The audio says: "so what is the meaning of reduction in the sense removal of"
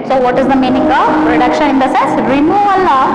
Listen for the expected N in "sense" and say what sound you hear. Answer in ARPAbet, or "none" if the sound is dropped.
none